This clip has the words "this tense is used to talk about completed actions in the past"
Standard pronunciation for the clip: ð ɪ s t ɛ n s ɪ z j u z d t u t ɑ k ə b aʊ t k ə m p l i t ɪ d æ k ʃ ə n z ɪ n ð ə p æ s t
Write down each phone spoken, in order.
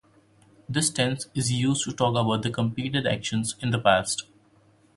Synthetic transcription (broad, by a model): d ɪ s t ɛ n s ɪ z j u z d t u t ɑ k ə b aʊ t k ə m p i t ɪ d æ k ʃ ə n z ɪ n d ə p æ s t